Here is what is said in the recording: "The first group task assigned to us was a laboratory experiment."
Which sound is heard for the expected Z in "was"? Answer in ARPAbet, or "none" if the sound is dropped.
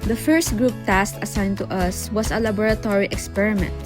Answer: S